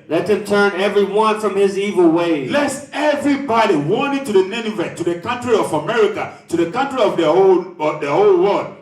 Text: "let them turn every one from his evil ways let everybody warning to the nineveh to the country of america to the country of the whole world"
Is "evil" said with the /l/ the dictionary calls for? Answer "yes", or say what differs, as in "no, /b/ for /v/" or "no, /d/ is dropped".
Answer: yes